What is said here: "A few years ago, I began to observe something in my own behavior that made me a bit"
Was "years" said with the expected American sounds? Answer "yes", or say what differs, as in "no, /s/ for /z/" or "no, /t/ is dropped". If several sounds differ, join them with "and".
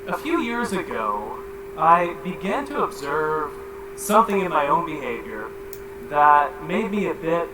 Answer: yes